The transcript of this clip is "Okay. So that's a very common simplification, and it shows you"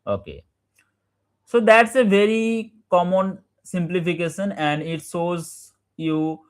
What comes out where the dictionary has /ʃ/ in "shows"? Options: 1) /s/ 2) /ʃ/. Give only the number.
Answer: 1